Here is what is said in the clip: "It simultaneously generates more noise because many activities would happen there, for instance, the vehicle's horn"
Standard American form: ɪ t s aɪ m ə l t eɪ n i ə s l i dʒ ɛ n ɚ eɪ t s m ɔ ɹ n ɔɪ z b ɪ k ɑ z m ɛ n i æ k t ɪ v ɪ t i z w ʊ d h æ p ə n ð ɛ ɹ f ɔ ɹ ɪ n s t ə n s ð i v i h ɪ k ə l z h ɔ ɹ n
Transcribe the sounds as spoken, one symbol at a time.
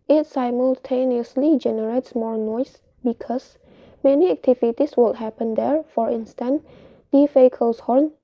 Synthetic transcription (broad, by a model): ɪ t s aɪ m ə l t eɪ n i ə s l i dʒ ɛ n ɚ eɪ t s m ɔ ɹ n ɔɪ s b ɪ k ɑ s m ɛ n i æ k t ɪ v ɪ t i s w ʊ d h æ p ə n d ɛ ɹ f ɔ ɹ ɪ n s t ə n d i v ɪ k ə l s h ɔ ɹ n